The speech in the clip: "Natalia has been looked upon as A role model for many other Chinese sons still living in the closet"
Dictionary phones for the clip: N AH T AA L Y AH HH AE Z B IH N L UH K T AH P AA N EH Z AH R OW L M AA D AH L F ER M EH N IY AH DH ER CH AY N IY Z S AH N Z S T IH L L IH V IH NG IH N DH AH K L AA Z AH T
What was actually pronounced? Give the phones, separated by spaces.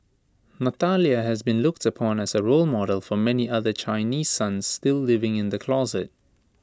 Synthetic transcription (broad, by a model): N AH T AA L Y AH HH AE Z B IH N L UH K T AH P AA N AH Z AH R OW L M AA D AH L F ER M EH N IY AH DH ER CH AY N IY Z S AH N Z S T IH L L IH V IH NG IH N DH AH K L AA Z AH T